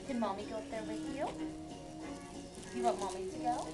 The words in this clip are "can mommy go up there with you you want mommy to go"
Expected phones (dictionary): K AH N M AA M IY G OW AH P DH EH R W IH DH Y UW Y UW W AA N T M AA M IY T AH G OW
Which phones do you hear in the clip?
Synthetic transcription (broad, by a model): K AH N M AA M IY G OW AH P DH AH R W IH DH Y UW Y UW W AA T M AA M IY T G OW